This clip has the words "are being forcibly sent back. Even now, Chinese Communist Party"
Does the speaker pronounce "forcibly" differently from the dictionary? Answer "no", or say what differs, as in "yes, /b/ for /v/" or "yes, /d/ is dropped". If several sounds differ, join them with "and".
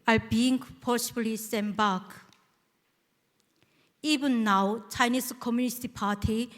yes, /p/ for /f/